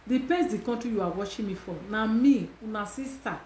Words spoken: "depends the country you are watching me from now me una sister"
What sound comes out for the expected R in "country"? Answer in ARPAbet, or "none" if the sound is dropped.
none